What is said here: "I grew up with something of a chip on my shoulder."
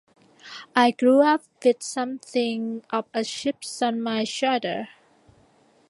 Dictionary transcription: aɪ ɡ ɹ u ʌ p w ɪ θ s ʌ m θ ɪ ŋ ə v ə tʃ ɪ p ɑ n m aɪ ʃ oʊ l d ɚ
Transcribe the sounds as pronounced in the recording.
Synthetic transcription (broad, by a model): aɪ ɡ ɹ u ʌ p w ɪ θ s ʌ m θ ɪ ŋ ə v ə ʃ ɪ p ɑ n m aɪ ʃ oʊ d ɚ